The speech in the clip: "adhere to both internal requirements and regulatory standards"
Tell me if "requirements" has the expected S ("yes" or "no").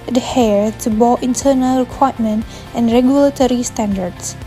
no